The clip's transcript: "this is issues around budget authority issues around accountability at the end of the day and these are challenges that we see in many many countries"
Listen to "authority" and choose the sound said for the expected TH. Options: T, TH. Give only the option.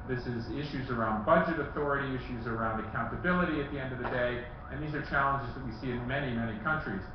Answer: TH